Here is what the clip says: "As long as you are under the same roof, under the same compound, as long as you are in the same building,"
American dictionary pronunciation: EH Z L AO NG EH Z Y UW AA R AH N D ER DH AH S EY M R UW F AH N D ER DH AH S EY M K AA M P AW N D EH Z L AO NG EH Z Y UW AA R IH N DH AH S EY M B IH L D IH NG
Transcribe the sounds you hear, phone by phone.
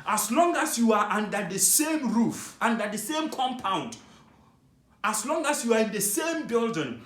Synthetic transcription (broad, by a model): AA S L AO NG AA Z Y UW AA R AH N D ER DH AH S EY M R UW F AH N D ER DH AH S EY M K AA M P AW N D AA S L AO NG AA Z Y UW AA R IH N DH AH S EY M B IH L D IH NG